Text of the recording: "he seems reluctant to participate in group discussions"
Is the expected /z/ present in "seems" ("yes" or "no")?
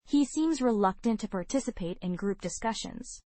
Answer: yes